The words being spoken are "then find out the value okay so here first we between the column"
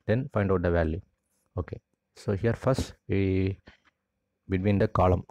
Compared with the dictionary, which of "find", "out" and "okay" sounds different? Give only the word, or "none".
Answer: none